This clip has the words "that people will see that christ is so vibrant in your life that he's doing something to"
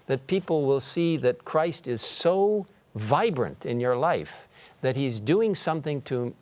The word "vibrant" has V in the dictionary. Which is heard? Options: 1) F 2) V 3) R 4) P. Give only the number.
2